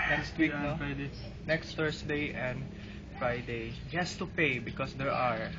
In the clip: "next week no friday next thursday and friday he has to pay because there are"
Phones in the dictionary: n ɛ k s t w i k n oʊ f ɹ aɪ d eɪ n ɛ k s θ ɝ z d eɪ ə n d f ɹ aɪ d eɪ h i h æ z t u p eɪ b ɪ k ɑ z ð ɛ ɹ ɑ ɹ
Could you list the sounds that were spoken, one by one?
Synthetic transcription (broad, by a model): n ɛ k s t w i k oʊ f ɹ aɪ d eɪ n ɛ k s t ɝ s d eɪ ə n d f ɹ aɪ d eɪ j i h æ s t u p eɪ b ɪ k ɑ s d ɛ ɹ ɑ ɹ